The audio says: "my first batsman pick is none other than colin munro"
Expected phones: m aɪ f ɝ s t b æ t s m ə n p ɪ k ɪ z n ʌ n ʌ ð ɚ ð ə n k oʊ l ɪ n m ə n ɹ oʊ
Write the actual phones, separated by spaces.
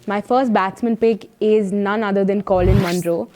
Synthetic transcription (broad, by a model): m aɪ f ɝ s t b æ t s m ə n p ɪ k ɪ z n ʌ n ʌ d ɚ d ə n k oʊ l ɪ n m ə n ɹ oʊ